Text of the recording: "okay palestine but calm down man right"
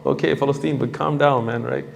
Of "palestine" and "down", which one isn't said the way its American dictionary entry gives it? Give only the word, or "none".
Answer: palestine